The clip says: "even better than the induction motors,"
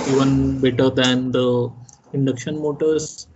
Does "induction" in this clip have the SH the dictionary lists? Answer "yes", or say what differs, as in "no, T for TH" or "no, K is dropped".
yes